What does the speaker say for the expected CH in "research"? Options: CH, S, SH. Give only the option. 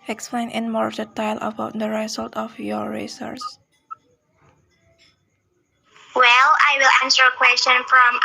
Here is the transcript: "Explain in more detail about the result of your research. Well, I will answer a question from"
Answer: S